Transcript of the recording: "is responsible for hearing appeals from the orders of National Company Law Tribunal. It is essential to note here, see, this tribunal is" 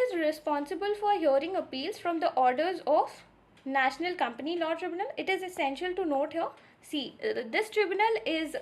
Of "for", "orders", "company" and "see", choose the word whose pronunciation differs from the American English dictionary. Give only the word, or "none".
none